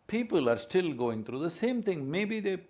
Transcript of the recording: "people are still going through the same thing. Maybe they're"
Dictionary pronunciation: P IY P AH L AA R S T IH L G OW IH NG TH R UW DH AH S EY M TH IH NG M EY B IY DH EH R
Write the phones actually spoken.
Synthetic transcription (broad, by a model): P IY P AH L AA R S T IH L G OW IH NG T R UW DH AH S EY M T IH NG M EY B IY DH EH